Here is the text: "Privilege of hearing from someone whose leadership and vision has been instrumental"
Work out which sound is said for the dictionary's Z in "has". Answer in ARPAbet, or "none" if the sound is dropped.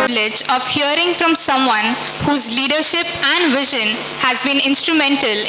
Z